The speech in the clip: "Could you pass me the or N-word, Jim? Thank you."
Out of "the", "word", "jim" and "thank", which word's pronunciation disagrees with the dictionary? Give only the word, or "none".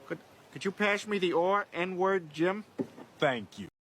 none